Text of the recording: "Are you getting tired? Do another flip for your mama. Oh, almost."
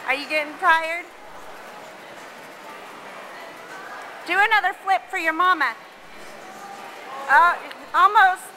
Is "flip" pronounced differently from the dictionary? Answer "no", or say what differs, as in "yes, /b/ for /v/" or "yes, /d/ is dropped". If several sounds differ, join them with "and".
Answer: no